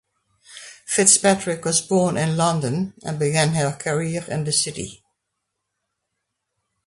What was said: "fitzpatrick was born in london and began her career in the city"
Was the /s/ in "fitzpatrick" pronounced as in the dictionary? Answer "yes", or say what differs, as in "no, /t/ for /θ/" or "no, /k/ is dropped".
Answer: yes